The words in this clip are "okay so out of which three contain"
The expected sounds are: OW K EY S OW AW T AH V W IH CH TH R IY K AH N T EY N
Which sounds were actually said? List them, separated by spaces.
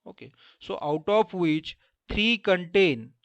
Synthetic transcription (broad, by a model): OW K EY S OW AW T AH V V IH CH T R IY K AH N T EY N